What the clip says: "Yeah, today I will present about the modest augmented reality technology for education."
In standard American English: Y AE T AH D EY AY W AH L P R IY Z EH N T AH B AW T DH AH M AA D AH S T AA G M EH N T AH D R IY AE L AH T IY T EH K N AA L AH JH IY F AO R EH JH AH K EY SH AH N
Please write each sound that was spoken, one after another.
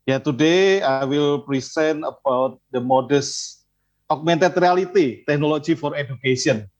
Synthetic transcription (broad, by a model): Y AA T AH D EY AY W AH L P R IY S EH N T AH B AW T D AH M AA D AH S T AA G M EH N T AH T R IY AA L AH T IY T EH K N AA L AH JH IY F AO R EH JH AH K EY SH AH N